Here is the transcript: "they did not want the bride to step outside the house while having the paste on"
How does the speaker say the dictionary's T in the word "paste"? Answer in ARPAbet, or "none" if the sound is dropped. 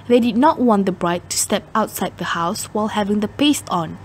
T